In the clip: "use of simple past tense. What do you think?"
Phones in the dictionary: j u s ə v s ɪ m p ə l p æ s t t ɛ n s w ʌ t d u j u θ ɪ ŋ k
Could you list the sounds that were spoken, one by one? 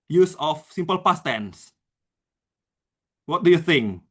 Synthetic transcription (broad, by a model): j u s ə f s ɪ m p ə l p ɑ s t t ɛ n s w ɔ t d u j u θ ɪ ŋ k